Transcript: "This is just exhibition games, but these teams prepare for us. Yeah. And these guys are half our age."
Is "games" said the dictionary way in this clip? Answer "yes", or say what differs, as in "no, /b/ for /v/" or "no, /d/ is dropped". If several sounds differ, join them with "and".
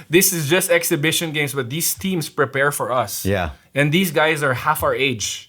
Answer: no, /s/ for /z/